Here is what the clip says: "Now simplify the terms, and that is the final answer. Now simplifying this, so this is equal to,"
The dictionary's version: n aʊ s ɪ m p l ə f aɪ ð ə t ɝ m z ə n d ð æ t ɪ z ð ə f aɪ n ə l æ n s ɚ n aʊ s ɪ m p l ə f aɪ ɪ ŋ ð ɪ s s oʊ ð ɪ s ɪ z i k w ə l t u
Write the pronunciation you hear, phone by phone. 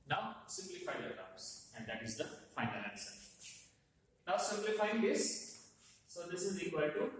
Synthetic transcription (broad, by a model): n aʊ s ɪ m p l ə f aɪ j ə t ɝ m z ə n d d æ t ɪ z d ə f aɪ n ə l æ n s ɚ n aʊ s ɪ m p l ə f aɪ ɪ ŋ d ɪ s s oʊ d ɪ s ɪ z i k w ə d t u